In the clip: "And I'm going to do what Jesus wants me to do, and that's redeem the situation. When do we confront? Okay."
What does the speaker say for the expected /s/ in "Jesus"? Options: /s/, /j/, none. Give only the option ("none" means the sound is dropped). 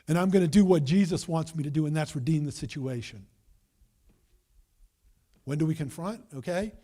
/s/